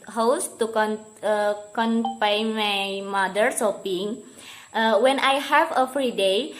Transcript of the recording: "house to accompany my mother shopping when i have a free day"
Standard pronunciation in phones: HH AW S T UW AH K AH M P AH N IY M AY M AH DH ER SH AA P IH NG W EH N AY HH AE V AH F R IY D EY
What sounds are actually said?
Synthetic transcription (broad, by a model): HH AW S T UW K K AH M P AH IY M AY M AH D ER S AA P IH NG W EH N AY HH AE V AH F R IY D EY